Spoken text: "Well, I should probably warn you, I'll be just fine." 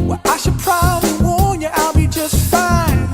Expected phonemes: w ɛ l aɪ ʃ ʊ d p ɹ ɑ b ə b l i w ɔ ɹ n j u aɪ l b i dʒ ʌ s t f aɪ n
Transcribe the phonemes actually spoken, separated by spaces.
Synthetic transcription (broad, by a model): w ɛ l aɪ ʃ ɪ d p ɹ ɑ b ə b l i w ɔ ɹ n j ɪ aɪ l b i dʒ ʌ s t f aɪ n